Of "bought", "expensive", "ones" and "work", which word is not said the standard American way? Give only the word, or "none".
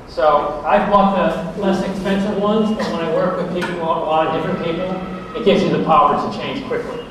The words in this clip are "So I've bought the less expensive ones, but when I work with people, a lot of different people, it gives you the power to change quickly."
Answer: none